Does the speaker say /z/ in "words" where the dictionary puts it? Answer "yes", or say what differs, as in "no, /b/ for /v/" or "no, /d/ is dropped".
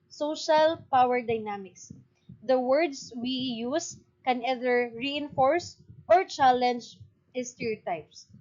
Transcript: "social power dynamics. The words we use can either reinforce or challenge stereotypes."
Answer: no, /s/ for /z/